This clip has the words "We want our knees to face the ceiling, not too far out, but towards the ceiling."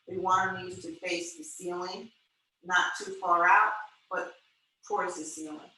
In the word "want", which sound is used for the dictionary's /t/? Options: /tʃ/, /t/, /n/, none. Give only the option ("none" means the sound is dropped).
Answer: none